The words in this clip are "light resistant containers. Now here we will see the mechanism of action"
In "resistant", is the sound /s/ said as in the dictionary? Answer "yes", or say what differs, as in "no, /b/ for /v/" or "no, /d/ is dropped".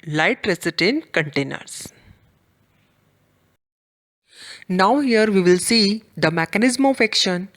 no, /s/ is dropped